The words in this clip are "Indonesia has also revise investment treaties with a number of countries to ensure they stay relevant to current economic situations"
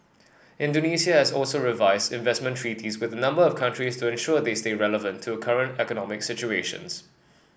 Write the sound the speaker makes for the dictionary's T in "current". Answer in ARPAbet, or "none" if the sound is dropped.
T